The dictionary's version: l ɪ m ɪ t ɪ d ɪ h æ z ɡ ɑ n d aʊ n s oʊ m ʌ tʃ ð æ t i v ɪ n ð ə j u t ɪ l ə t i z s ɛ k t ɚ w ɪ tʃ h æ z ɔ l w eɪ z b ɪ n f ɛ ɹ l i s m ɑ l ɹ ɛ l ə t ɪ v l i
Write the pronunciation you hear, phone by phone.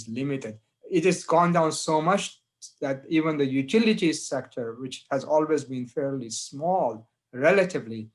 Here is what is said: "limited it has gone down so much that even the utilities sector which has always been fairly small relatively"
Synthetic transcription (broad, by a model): l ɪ m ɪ t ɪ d ɪ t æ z ɡ ɑ n d aʊ n s oʊ m ʌ tʃ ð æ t i v ɪ n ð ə j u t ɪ l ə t i s ɛ k t ɚ w ɪ tʃ h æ z ɔ l w eɪ z b ɪ n f ɛ ɹ l i s m ɑ l ɹ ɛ l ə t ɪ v l i